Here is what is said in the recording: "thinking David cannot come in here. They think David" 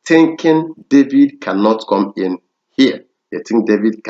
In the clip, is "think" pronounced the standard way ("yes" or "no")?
no